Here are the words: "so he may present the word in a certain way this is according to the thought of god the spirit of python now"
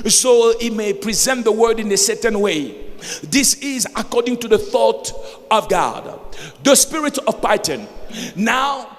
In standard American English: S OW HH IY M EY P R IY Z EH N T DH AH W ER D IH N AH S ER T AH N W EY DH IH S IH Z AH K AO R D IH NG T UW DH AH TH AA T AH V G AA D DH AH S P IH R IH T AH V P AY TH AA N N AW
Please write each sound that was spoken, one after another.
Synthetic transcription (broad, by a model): S OW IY M EY P R IY Z EH N T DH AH W ER D IH N AH S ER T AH N W EY DH IH S IH Z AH K AO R D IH NG T UW DH AH TH AA T AH V G AA D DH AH S P IH R IH T AH V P AY T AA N N AW